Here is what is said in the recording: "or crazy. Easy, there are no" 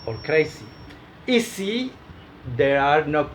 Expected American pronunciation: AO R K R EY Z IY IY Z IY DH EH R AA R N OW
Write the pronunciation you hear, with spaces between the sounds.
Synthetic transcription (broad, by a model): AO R K R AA S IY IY S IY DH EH R AA R N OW